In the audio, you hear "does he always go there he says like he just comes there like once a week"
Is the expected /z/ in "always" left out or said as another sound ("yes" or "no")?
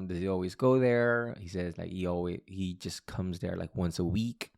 no